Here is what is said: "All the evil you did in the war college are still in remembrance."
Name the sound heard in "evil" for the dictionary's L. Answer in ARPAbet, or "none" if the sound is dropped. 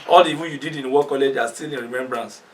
N